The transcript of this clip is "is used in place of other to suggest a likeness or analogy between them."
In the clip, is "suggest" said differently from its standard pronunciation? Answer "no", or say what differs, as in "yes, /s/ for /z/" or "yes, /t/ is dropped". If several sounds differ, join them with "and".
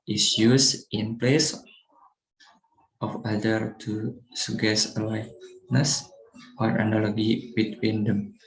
yes, /dʒ/ is dropped and /t/ is dropped